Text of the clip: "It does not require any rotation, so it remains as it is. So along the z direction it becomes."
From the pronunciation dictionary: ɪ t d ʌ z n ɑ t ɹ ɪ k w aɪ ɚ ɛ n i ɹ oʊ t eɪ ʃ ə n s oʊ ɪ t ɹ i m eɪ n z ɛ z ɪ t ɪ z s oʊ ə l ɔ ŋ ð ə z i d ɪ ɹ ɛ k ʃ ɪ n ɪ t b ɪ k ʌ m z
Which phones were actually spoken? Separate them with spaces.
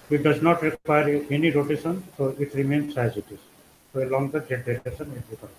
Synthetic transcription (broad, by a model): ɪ t d ʌ z n ɑ t ɹ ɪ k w aɪ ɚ ɛ n i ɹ oʊ t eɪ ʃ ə n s oʊ ɪ t ɹ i m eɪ n s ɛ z ɪ t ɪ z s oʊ ə l ɔ ŋ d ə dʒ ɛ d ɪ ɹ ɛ ʃ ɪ n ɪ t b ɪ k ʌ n